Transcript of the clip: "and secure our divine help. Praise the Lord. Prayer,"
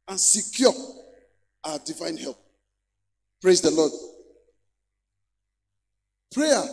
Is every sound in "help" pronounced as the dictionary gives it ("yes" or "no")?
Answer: yes